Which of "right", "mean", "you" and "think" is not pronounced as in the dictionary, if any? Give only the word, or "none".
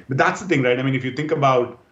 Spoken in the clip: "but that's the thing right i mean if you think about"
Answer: think